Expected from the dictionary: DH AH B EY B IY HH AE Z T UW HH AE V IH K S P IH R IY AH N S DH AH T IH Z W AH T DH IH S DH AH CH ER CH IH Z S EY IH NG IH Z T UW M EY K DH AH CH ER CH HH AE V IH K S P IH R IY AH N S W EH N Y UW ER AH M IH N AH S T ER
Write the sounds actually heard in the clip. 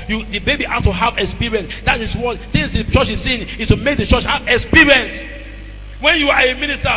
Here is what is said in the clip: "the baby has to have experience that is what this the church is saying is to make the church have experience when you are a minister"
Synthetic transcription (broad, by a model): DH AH B EY B IY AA S T UW HH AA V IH K S P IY R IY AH N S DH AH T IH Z W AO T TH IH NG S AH CH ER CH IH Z S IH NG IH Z T UW M EY K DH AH CH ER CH HH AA V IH K S P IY R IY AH N S W EH N Y UW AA AH M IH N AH S T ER